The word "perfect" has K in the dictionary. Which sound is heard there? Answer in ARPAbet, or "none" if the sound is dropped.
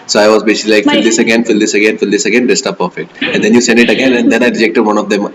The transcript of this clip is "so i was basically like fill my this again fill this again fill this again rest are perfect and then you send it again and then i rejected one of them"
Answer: none